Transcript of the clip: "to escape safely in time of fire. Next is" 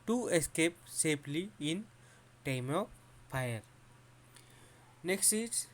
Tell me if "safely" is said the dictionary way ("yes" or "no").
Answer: no